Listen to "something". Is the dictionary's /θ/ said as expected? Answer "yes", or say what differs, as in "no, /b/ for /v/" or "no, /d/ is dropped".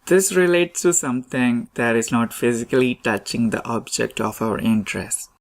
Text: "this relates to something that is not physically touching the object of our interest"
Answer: no, /t/ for /θ/